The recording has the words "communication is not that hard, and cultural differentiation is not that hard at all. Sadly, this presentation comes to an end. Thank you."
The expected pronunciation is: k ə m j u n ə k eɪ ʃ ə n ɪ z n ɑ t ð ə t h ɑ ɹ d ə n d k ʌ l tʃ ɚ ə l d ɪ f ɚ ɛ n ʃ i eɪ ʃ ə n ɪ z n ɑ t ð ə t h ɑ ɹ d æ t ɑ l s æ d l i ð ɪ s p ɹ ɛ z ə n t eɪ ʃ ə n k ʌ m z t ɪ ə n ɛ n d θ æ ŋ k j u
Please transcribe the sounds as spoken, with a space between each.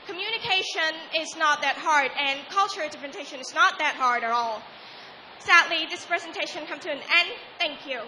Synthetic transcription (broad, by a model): k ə m j u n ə k eɪ ʃ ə n ɪ z n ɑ t ð ə t h ɑ ɹ d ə n k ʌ l tʃ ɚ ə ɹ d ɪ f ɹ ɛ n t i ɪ ʃ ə n ɪ z n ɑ t ð ə t h ɑ ɹ d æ t ɑ l s æ d l i ð ɪ s p ɹ ɛ z ə n t eɪ ʃ ə n k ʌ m t ɪ ə n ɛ n θ æ ŋ k j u